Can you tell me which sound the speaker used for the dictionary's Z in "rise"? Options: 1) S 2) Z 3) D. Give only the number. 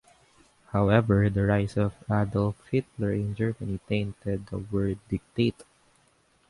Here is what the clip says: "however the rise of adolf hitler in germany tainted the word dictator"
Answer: 1